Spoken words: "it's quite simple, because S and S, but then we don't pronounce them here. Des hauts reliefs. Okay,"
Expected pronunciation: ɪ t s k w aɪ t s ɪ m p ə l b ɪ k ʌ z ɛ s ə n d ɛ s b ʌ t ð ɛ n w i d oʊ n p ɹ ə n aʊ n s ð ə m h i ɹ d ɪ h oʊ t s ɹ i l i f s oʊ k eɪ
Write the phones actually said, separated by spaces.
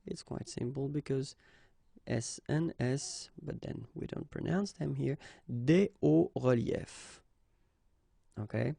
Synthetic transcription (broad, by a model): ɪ t s k w aɪ t s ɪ m p l b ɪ k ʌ z ɛ s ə n ɛ s b ʌ t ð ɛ n w i d oʊ n p ɹ ə n aʊ n s ð ə m h i ɹ d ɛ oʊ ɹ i l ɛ f oʊ k eɪ